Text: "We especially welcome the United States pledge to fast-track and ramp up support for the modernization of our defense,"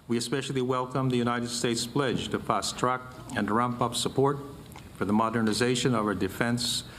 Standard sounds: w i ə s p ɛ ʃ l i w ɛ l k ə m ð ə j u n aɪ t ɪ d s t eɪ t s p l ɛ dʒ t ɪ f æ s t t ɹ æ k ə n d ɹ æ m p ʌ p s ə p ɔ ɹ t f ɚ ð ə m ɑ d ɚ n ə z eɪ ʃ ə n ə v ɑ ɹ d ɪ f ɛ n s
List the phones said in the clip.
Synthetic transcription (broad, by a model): w i ə s p ɛ ʃ l i w ɛ l k ə m ð ə j u n aɪ t ɪ d s t eɪ t s p l ɛ dʒ t ɪ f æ s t t ɹ æ k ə n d ɹ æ m p ʌ p s ə p ɔ ɹ t f ɚ ð ə m ɑ d ɚ n ə z eɪ ʃ ə n ə v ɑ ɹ d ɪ f ɛ n s